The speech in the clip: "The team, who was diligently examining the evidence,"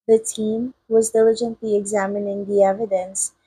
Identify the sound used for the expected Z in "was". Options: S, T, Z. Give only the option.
Z